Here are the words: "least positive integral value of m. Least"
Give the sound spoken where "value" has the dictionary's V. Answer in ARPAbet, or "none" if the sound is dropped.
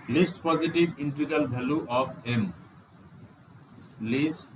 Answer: B